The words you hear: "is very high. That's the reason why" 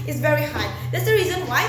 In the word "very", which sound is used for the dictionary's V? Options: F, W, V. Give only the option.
V